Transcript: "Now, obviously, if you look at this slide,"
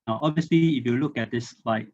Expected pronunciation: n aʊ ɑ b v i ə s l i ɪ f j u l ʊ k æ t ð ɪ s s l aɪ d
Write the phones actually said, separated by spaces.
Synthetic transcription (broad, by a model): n ɑ b v i ə s l i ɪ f j u l ʊ k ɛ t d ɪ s s l aɪ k